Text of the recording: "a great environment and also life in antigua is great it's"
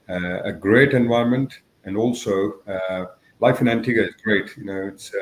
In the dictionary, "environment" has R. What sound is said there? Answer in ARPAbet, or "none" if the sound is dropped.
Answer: none